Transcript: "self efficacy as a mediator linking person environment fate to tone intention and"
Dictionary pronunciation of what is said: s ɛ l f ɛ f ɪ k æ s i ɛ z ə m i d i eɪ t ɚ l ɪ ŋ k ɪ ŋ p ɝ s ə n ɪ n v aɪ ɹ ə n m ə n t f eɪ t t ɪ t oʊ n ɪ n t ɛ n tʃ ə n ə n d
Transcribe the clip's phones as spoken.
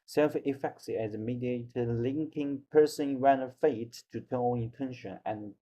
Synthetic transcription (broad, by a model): s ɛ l f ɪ f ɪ k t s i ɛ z ə m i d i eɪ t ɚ l ɪ ŋ k ɪ ŋ p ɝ s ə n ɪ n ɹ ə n ə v f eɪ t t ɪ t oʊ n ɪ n t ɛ n ʃ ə n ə n